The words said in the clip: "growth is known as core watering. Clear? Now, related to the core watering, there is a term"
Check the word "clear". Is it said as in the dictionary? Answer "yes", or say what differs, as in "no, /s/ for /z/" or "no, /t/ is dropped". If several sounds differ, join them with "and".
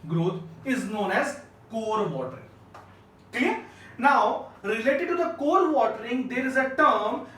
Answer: no, /l/ is dropped